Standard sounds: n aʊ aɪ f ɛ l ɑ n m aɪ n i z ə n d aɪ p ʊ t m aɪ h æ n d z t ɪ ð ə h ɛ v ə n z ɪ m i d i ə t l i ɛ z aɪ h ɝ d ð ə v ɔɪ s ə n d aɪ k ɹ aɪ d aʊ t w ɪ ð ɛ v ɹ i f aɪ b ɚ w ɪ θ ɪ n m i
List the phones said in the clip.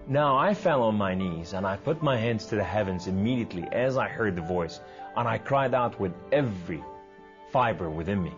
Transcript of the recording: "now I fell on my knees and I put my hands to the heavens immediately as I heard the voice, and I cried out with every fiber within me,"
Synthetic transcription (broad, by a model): n aʊ aɪ f ɛ l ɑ n m aɪ n i z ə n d aɪ p ʊ t m aɪ h æ n d z t ɪ ð ə h ɛ v ə n z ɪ m i d i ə t l i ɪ z aɪ h ɝ d ð ə v ɔɪ s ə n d aɪ k ɹ aɪ d aʊ t w ɪ ð ɛ v ɹ i f aɪ b ɚ w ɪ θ ɪ n m i